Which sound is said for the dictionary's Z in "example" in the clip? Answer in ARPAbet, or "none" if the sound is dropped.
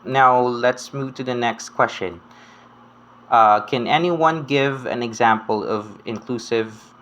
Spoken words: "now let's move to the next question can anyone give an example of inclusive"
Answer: Z